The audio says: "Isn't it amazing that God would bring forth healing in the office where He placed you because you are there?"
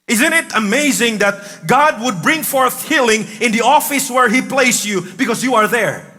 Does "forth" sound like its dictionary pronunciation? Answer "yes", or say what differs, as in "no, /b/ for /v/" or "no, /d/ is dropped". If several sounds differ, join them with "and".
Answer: yes